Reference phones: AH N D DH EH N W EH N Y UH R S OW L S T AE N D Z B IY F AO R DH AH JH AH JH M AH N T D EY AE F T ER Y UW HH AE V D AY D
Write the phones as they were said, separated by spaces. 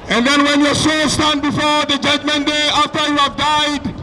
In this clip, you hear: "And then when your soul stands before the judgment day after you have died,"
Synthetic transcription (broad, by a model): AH N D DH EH N W EH N Y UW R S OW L S T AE N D B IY F AO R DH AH JH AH JH M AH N D EY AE F T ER Y UW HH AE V D AY D